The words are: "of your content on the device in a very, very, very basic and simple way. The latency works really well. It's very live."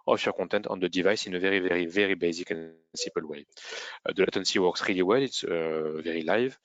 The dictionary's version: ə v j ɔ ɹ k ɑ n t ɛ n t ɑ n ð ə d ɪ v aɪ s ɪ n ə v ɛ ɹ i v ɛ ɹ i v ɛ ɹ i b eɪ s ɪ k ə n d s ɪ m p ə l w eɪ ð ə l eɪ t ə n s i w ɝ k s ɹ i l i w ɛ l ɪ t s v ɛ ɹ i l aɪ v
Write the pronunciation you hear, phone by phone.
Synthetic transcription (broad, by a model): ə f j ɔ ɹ k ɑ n t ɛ n t ɑ n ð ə d ɪ v aɪ s ɪ n ə v ɛ ɹ i v ɛ ɹ i v ɛ ɹ i b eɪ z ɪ k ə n s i p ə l w eɪ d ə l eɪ t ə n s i w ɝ k s ɹ i l i w ɛ l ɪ t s v ɛ ɹ i l aɪ v